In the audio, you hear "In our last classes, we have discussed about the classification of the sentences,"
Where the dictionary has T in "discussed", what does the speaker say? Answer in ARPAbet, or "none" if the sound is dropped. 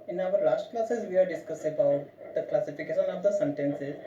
none